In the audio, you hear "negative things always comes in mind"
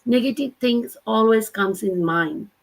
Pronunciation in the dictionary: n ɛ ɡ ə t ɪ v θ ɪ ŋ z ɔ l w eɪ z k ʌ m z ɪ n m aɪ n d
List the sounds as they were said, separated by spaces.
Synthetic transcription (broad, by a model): n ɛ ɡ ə t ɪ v t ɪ ŋ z ɔ l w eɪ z k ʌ m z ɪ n m aɪ n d